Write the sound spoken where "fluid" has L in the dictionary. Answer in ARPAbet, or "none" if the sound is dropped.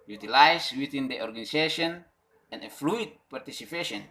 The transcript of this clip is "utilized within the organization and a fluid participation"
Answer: L